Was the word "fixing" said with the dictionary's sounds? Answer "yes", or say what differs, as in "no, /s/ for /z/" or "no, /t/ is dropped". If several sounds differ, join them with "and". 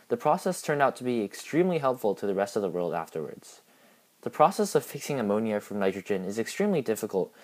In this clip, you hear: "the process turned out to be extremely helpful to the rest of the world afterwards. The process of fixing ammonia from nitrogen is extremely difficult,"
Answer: yes